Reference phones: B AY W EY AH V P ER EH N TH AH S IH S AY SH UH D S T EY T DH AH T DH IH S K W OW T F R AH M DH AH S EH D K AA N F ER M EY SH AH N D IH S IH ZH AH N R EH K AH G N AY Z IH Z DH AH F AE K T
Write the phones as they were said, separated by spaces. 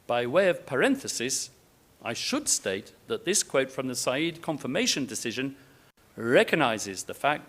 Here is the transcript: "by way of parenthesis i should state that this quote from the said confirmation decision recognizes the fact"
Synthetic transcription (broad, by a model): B AY W EY AH V P ER EH N TH AH S IH S AY SH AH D S T EY T DH AH T DH IH S K W OW T F R AH M DH AH S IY D K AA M F ER M EY SH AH N D IH S IH ZH AH N R EH K AH G N AY Z IH Z DH AH F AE K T